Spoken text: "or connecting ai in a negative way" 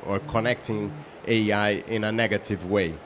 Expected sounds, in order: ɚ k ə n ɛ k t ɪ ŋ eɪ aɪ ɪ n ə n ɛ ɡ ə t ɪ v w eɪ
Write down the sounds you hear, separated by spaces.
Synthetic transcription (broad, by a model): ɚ k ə n ɛ k t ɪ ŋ eɪ aɪ ɪ n ə n ɛ ɡ ə t ɪ v w eɪ